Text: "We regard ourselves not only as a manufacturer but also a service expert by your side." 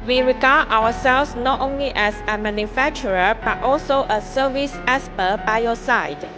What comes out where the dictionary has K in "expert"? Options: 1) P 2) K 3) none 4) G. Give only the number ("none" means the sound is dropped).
3